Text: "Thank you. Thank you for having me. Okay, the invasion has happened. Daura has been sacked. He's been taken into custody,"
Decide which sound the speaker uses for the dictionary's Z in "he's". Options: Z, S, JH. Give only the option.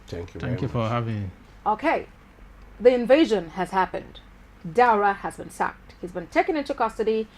Z